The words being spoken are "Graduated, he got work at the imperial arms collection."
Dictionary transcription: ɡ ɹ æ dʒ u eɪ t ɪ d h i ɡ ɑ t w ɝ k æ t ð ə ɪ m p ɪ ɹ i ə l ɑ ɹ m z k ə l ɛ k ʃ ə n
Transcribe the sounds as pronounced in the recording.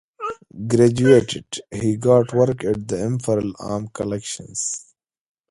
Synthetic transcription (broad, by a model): ɡ ɹ æ dʒ u eɪ t ɪ d h i ɡ ɑ t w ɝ k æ t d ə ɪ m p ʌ ɹ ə l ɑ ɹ m k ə l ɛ k ʃ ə n